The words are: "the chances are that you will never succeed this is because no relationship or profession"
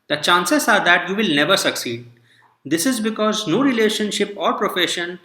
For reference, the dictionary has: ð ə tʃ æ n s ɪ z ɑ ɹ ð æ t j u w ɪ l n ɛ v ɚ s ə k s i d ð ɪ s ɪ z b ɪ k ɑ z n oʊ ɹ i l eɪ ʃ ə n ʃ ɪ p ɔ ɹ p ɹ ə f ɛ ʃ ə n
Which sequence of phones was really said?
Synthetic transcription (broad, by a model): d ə tʃ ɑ n s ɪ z ɑ ɹ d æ t j u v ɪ l n ɛ v ɚ s ə k s i d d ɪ s ɪ z b ɪ k ɑ z n oʊ ɹ i l eɪ ʃ ə n ʃ ɪ p ɔ ɹ p ɹ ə f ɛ ʃ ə n